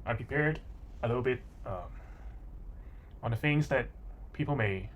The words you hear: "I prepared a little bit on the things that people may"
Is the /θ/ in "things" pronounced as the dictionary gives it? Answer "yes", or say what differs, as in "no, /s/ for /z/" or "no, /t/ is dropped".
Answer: no, /f/ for /θ/